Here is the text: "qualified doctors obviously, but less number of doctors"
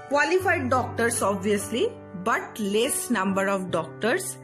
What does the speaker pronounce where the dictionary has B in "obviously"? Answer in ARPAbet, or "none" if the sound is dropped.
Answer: B